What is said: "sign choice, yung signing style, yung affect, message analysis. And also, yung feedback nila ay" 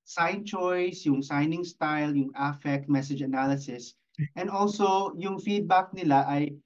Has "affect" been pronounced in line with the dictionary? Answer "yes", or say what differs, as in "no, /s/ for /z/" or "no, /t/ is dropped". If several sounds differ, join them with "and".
yes